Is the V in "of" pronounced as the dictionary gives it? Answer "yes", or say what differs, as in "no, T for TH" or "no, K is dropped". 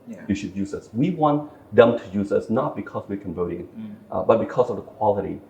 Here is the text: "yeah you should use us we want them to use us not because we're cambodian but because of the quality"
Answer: yes